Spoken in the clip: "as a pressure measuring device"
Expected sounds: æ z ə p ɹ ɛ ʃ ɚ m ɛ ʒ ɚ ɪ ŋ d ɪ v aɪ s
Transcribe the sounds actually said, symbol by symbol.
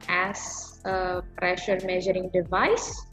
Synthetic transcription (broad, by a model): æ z ə p ɹ ɛ ʃ ɚ m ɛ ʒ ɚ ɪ ŋ d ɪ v aɪ s